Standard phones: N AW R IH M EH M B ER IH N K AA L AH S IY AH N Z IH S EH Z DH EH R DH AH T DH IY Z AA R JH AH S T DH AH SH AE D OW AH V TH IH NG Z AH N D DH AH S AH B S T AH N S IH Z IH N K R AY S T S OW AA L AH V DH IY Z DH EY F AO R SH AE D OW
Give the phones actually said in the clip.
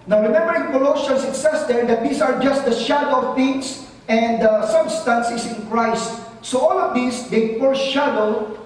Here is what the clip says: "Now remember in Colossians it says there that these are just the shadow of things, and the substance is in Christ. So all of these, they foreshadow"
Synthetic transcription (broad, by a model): N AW R IH M EH M B ER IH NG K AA L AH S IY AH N S IH S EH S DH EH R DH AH T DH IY S AA R JH AH S T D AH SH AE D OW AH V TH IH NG S AH N D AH S AH B S T AH N S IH S IH N K R AY S T S OW AA L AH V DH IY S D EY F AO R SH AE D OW